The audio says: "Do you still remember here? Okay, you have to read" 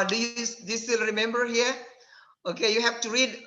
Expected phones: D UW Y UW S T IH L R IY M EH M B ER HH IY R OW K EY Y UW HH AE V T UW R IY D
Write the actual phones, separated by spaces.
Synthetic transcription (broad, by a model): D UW Y UW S S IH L R IY M EH M B ER HH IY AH OW K EY Y UW HH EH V T UW R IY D